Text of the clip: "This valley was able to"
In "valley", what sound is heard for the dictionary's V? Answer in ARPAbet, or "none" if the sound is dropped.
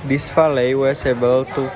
F